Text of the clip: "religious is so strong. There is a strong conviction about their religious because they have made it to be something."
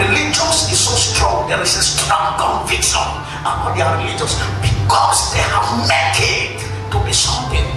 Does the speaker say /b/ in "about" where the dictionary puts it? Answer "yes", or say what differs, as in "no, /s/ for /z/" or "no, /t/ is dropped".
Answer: no, /b/ is dropped